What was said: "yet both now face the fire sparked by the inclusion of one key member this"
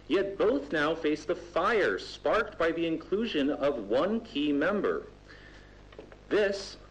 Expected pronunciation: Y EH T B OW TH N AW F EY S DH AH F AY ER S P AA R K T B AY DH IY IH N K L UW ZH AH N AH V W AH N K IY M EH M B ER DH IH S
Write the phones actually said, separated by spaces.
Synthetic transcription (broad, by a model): Y EH T B OW TH N AW F EY S DH AH F AY ER S P AA R K T B AY DH IY IH N K L UW ZH AH N AH V W AH N K IY M EH M B ER DH IH S